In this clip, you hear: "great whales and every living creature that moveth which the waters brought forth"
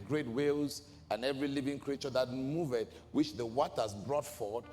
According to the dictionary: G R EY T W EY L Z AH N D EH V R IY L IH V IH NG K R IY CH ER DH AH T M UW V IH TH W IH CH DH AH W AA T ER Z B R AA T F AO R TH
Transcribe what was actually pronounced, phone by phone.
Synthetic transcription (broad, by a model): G R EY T W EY L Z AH N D EH V R IY L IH V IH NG K R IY CH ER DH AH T M UW V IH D W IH CH DH AH W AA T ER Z B R AA T F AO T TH